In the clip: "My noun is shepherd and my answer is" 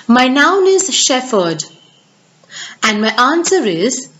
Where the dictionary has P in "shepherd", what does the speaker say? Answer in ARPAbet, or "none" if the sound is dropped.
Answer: F